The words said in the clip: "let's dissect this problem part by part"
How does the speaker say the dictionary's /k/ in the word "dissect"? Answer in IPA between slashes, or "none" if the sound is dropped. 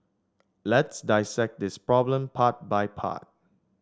/k/